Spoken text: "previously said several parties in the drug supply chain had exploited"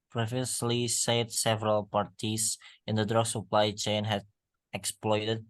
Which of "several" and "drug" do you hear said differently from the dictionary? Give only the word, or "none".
none